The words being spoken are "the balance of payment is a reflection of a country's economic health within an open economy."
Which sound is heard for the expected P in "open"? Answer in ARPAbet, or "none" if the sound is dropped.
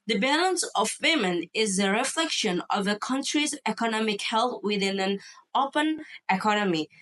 P